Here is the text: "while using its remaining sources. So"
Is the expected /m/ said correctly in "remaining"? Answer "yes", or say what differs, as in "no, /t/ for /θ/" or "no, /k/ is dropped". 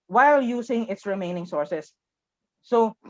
yes